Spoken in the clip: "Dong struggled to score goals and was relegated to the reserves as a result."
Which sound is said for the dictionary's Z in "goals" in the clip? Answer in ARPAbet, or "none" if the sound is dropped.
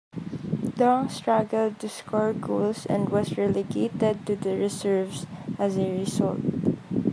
S